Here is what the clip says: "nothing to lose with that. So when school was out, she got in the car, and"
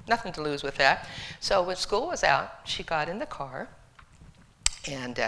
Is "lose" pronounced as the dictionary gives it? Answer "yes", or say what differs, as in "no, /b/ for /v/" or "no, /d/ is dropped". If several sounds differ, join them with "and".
yes